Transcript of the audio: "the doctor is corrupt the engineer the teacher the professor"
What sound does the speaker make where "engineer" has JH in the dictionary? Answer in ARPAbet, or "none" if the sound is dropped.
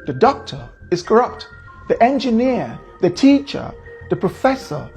JH